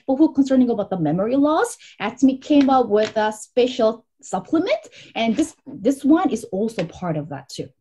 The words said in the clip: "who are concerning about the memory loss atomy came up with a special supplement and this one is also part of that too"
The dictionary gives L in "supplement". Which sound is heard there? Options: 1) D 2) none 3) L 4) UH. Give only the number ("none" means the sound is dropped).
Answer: 3